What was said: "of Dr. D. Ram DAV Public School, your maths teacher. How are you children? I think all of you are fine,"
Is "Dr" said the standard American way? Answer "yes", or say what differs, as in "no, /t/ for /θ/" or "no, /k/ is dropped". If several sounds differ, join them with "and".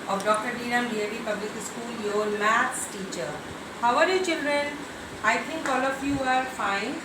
yes